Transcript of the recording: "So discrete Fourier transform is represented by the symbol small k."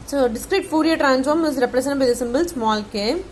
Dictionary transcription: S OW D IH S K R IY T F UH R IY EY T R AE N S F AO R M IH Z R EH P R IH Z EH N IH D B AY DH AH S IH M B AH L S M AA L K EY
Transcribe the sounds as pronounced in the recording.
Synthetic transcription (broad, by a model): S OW D IH S K R IY T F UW R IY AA T R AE N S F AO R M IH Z R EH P R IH S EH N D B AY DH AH S IH M B AH L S M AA L K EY